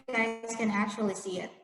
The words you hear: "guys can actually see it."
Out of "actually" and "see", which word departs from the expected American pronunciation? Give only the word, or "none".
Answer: actually